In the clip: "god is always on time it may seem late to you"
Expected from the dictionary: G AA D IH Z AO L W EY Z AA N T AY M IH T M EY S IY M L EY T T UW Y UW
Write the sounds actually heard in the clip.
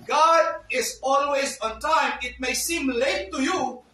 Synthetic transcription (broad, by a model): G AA D IH Z AO L W EY Z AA N T AY M IH T M EY S IY M L EY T T UW Y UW